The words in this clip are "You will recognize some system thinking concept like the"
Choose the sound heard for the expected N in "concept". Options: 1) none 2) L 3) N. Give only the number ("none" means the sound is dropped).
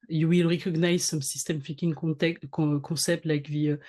1